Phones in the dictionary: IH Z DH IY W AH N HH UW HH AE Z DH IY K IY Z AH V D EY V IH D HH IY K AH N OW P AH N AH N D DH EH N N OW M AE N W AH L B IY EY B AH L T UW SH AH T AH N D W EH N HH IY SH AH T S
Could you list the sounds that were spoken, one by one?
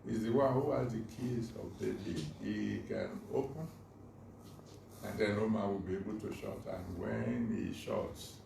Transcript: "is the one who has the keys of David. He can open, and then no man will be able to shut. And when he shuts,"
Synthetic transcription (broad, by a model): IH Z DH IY W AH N HH UW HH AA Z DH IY K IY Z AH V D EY B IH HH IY K AH N OW P AH N AH N D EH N N OW M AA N W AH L B IY EY B AH L T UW SH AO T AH N W EH N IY SH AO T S